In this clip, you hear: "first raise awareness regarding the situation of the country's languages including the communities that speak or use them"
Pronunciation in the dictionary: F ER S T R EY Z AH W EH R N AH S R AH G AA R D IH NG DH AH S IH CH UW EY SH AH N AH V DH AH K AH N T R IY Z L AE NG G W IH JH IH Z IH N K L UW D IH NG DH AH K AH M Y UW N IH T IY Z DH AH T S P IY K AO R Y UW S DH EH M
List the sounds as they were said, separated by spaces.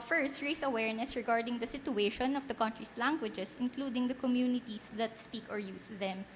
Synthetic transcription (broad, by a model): F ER S T R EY S AH W EH R N AH S R AH G AA R D IH NG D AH S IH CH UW EY SH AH N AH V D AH K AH N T R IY S L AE NG G W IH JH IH S IH N K L UW D IH NG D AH K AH M Y UW N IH T IY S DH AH T S P IY K AO R Y UW S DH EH M